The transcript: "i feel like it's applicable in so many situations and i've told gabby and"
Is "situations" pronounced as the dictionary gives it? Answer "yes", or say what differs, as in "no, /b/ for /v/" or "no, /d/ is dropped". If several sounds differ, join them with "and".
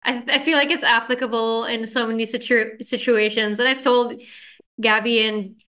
yes